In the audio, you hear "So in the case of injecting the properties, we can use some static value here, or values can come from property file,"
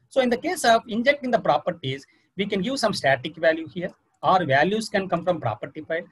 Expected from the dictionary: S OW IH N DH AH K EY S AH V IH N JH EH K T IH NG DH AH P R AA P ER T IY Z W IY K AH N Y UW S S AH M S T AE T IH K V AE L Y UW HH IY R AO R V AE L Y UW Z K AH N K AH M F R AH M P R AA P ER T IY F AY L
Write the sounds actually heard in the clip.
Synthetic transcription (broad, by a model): S OW IH N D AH K EY S AH V IH N JH EH K T IH NG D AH P R AA P ER T IY Z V IY K AH N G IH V S AH M S T AE T IH K V AE L Y UW HH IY R AO R V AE L Y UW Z K AH N K AH M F R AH M P R AA P ER T IY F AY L